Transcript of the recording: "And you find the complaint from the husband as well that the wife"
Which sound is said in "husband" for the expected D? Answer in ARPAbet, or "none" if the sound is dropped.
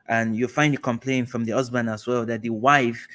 none